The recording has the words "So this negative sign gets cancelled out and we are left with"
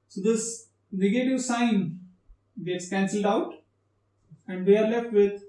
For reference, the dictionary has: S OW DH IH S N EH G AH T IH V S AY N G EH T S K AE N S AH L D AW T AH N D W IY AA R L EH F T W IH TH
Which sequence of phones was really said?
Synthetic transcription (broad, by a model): S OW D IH S N EH G AH T IH V S AY N G EH T S K AE N S AH L D AW T AH N D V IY AA R L EH F T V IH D